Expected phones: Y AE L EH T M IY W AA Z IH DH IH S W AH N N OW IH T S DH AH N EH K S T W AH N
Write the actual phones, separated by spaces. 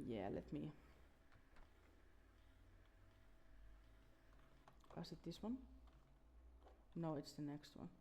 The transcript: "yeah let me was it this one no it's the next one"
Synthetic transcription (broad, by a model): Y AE L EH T M IY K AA S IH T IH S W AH N N OW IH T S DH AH N EH K S T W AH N